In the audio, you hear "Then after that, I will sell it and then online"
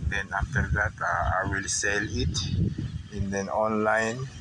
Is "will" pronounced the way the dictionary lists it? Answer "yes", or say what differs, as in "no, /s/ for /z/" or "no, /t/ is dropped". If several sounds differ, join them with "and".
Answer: yes